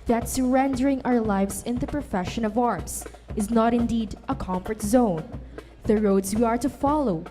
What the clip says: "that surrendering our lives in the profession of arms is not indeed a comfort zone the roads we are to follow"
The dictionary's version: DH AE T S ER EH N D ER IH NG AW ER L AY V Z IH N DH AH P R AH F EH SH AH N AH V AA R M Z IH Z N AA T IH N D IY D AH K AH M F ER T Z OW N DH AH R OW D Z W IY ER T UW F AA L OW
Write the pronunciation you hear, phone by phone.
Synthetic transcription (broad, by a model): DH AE T S ER EH N D ER IH NG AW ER L AY V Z IH N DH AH P R AH F EH SH AH N AH V AA R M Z IH Z N AA T IH N D IY D AH K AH M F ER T Z OW N DH AH R OW D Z W IY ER T UW F AA L OW